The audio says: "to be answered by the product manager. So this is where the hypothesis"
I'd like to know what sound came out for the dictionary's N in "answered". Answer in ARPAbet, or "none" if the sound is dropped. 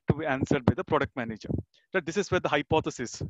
N